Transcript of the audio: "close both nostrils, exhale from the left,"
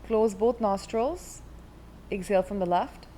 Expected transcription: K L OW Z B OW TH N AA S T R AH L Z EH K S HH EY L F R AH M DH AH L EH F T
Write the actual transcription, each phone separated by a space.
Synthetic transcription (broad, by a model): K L OW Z B OW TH N AA S T R AH L Z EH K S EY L F R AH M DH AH L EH F T